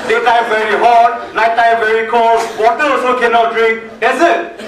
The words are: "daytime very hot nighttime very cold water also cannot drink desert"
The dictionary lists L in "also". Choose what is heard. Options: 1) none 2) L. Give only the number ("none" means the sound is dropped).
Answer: 1